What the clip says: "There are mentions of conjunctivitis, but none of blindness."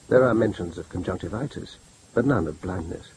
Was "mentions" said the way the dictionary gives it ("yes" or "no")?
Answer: yes